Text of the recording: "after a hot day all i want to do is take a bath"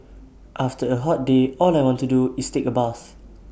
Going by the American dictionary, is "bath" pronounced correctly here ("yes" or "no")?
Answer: no